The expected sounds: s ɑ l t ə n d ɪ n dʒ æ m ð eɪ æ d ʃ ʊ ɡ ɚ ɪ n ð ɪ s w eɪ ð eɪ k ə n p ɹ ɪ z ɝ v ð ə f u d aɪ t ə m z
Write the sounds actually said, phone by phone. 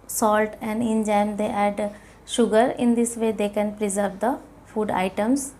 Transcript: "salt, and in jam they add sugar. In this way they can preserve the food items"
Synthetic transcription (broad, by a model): s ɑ l t ə n d ɪ n dʒ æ m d eɪ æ d ʃ ʊ ɡ ɚ ɪ n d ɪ s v eɪ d eɪ k ə n p ɹ ɪ z ɝ v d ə f u d aɪ t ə m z